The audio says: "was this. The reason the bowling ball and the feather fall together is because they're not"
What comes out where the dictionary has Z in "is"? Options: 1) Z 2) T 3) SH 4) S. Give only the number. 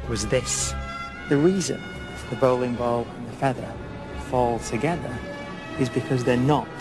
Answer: 1